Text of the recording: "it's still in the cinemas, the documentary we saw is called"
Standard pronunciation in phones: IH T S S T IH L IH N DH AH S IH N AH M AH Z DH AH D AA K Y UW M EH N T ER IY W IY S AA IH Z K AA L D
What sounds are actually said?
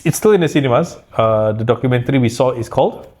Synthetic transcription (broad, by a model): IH T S S T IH L IH N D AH S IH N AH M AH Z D AH D AA K Y UW M EH N T ER IY W IY S AA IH S K AA L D